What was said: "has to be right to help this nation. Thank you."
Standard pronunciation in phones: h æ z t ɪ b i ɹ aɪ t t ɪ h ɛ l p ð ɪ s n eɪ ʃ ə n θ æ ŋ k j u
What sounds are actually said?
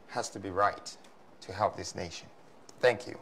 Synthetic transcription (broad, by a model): h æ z t ɪ b i ɹ aɪ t t ɪ h ɛ l p ð ɪ s n eɪ ʃ ə n θ æ ŋ k j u